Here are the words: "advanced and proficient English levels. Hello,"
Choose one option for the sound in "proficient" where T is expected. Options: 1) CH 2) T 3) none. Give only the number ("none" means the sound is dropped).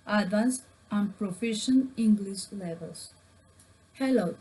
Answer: 3